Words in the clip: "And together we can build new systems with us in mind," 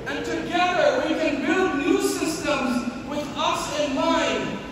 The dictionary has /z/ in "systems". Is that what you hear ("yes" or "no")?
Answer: yes